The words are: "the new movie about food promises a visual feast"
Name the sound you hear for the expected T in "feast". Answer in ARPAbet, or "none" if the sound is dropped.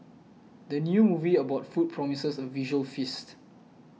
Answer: T